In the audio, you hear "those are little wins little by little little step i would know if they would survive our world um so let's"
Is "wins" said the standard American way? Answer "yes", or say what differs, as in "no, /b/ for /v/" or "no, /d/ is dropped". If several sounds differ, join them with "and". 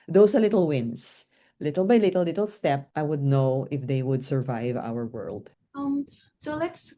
no, /s/ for /z/